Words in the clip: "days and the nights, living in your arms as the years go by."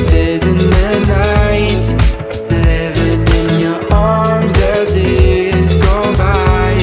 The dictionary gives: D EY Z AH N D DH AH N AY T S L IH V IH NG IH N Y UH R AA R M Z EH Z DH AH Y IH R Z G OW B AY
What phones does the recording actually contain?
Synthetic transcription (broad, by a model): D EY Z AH N DH AH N AY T L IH V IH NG IH N Y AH R AA R M Z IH Z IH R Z G OW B AY